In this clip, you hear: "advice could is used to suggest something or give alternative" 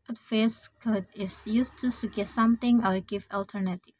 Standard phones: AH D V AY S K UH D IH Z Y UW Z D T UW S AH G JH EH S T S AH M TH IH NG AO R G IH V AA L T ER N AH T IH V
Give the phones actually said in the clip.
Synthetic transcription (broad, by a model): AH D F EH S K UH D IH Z Y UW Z T UW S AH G EH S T S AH M T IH NG AO R G IH V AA L T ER N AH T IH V